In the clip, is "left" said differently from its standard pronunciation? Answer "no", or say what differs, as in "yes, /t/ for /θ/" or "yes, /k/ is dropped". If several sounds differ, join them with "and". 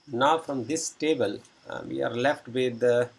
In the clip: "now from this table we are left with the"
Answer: no